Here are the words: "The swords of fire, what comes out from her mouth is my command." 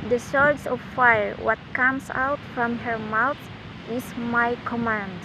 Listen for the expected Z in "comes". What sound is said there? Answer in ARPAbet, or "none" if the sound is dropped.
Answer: S